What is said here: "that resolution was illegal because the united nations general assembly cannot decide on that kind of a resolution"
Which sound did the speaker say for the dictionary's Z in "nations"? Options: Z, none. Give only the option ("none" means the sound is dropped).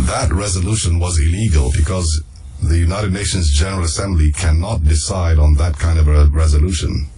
Z